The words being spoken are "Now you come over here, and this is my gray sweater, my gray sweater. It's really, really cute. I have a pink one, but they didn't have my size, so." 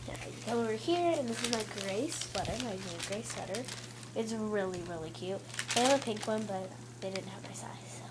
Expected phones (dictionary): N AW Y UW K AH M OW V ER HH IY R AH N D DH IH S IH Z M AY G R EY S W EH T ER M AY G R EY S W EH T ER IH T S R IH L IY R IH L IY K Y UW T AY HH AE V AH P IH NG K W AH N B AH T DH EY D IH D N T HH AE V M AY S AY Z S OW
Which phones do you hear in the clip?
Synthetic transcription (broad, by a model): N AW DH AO OW V ER HH IY R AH N DH IH S IH Z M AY G R EY S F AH T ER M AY G R EY S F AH T ER IH T S R IH L IY R IH L IY K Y UW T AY AH P IH NG K W AH N B AH T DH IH D IH D N T HH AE V M AY S AY Z